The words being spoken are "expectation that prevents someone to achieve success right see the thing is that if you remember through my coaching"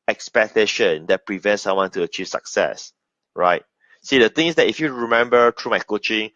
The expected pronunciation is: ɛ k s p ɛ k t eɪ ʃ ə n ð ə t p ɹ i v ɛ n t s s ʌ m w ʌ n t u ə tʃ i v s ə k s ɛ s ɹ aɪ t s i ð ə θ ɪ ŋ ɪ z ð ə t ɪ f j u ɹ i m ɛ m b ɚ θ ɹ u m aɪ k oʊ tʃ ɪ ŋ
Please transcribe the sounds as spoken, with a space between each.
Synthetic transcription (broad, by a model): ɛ k s p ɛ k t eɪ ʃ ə n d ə t p ɹ i v ɛ n t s s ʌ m w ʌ n t u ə tʃ i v s ə k s ɛ s ɹ aɪ t s i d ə t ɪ ŋ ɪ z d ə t ɪ f j u ɹ i m ɛ m b ɚ t ɹ u m aɪ k oʊ tʃ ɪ ŋ